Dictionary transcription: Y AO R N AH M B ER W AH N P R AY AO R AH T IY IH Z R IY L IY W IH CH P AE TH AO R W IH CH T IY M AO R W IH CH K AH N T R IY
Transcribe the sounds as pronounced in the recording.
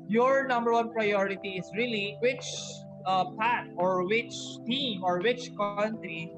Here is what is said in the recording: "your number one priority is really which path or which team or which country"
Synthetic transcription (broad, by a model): Y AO R N AH M B ER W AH N P R AY AO R AH T IY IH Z R IY L IY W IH CH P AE T AO R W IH CH T IY M AO R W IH CH K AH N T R IY